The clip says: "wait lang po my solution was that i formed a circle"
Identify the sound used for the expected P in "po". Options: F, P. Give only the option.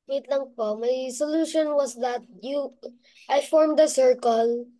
P